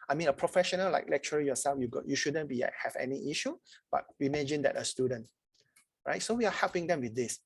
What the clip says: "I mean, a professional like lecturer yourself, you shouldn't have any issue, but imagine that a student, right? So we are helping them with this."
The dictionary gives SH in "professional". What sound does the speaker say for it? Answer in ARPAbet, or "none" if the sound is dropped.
SH